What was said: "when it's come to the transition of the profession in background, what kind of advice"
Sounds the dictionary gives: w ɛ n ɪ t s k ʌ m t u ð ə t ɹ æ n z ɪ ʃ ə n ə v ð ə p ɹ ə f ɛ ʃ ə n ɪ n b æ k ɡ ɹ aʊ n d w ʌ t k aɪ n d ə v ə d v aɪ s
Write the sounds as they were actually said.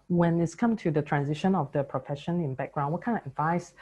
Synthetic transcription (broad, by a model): w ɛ n ɪ t s k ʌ m t u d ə t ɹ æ n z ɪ ʃ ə n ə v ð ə p ɹ ə f ɛ ʃ ə n ɪ n b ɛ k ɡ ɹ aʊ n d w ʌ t k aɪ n ə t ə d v aɪ s